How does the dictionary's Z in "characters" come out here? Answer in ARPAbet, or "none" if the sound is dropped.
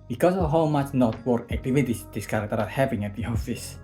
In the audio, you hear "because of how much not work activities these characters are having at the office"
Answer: none